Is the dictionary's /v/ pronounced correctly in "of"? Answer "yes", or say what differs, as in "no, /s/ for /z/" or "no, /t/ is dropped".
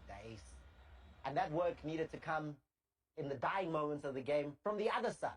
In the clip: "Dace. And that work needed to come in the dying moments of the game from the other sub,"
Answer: yes